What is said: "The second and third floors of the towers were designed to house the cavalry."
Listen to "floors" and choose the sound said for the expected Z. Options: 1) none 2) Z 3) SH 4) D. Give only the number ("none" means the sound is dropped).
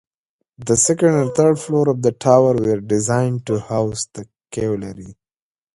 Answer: 1